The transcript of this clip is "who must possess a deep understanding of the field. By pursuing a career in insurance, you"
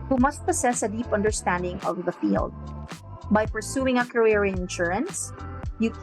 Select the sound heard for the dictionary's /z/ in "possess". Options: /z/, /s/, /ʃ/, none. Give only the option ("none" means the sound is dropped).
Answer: /s/